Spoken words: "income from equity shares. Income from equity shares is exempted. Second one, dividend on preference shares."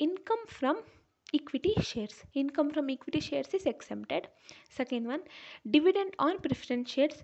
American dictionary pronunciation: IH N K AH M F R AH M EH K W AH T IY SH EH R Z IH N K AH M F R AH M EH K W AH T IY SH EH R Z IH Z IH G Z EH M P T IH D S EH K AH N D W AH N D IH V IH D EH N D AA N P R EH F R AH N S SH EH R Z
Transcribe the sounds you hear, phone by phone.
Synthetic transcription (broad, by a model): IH N K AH M F R AH M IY K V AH T IY SH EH R S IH N K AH M F R AH M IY K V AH T IY SH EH R S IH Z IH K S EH P T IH D S EH K AH N D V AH N D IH V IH D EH N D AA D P R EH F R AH N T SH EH R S